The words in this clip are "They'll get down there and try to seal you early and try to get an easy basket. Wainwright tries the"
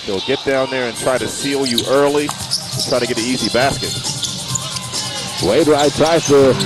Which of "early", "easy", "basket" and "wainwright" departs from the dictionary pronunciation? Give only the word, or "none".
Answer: wainwright